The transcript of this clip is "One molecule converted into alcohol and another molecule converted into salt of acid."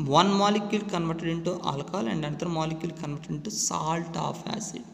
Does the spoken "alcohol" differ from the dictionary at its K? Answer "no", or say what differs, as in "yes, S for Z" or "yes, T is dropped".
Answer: yes, K is dropped